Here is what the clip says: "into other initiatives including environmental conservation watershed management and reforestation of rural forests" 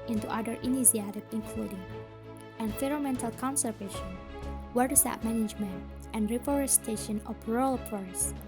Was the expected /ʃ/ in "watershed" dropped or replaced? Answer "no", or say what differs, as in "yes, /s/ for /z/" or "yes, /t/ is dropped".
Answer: yes, /s/ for /ʃ/